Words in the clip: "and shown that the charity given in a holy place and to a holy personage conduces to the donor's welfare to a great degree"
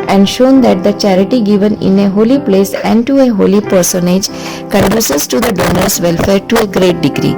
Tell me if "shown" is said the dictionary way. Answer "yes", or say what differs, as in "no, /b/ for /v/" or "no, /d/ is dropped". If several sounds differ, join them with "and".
yes